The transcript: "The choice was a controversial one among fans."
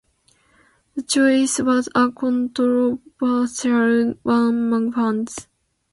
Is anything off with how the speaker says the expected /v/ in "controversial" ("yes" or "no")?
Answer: yes